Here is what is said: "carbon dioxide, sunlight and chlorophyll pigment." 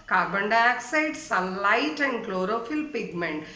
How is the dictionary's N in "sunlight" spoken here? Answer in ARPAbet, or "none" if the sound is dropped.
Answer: none